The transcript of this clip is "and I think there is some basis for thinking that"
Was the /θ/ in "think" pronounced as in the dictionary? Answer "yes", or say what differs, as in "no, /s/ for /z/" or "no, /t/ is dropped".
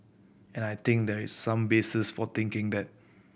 no, /t/ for /θ/